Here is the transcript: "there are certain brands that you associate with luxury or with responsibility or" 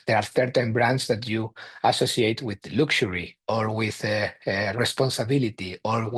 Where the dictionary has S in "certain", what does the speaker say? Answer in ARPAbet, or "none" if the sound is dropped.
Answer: TH